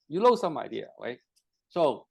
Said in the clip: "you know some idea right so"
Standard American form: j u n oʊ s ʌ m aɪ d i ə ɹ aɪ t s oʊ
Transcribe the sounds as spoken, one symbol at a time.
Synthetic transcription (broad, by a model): j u l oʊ s ʌ m aɪ d i ə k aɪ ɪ s oʊ